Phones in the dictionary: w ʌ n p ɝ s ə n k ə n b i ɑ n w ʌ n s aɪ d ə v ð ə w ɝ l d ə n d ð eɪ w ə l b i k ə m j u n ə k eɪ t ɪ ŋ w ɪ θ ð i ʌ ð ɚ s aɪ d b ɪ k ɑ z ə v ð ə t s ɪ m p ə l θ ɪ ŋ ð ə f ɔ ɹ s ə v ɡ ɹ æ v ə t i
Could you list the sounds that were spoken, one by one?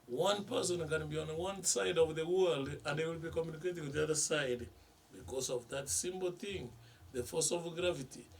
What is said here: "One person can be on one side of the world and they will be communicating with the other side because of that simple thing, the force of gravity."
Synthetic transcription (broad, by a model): w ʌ n p ɝ s ə n k ə n b i ɑ n w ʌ n s aɪ d ə v ð ə w ɝ l d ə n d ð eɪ w ə l b i k ə m j u n ə k eɪ t ɪ ŋ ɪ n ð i ʌ ð ɚ s aɪ d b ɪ k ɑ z ə v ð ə t s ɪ m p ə l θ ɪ ŋ ð ə f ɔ s ə v ɡ ɹ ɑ v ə t i